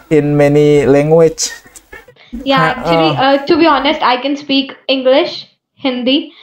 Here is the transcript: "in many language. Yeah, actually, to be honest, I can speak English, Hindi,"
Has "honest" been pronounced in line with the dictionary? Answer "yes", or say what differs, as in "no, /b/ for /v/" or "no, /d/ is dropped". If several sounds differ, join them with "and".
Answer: yes